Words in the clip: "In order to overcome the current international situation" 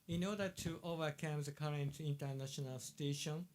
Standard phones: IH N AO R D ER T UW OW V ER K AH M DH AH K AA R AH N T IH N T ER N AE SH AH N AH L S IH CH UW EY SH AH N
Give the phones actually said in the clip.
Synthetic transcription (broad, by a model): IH N AO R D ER T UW OW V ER K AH M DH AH K AA R AH N T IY N T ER N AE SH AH N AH L S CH EY SH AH N